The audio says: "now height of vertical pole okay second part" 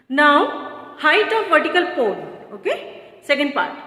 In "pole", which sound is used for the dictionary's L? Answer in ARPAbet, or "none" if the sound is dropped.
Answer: N